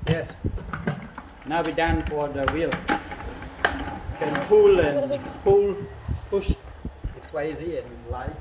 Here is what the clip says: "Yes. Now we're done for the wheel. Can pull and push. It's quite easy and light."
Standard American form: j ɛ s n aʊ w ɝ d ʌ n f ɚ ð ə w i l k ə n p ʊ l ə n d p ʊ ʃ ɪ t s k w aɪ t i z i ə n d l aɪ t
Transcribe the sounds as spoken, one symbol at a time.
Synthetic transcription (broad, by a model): j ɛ s n aʊ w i d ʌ n f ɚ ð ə w i l k ə n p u l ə n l p ʊ ʃ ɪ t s k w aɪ ɪ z i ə n l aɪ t